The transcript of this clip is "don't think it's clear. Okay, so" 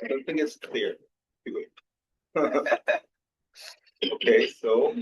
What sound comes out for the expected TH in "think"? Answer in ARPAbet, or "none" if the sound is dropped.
TH